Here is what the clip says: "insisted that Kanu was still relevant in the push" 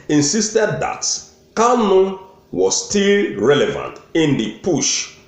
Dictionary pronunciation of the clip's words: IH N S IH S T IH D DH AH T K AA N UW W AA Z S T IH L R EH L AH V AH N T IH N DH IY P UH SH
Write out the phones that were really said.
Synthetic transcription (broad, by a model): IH N S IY S T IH D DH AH T K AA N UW W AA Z S T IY L R EH L AH V AH N T IH N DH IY P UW SH